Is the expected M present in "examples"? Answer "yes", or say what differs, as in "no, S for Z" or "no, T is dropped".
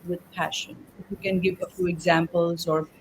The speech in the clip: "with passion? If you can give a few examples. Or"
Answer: yes